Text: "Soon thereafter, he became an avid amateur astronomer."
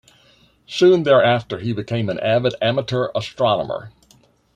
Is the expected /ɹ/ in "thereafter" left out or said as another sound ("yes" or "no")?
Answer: no